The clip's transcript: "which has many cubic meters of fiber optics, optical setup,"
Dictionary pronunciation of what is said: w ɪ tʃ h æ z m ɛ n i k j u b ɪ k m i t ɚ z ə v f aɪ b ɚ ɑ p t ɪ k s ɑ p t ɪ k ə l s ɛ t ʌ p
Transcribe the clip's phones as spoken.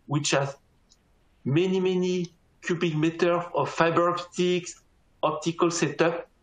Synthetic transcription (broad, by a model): w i tʃ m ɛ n m ɛ n i k j u b ɪ k m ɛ t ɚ ə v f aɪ b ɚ ɑ p t ɪ k s ɑ p t ɪ k ə l s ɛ t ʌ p